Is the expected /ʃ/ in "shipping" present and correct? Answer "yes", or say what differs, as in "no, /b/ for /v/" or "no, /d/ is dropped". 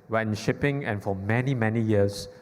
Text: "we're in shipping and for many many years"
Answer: yes